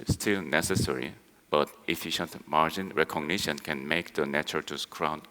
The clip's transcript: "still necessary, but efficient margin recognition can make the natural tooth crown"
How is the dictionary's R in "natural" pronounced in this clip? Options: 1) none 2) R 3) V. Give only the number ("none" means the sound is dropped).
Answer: 1